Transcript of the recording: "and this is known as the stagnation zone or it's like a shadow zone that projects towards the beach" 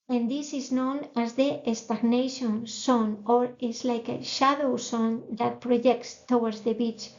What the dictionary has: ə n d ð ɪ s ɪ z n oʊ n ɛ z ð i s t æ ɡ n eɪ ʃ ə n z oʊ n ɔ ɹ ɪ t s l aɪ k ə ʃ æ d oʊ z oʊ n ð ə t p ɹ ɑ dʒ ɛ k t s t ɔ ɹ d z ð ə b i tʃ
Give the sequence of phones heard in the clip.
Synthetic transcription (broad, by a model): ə n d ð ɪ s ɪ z n oʊ n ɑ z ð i s t æ ɡ n eɪ ʃ ə n s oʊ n ɔ ɹ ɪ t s l aɪ k ə ʃ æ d oʊ s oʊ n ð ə t p ɹ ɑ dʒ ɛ k t s t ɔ w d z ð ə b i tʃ